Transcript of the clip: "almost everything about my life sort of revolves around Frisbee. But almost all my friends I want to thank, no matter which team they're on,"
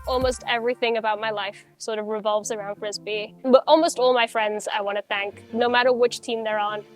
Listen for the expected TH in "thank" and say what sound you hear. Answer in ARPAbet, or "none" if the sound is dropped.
TH